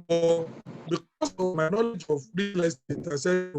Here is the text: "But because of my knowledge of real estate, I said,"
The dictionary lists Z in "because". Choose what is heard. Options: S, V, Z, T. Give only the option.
S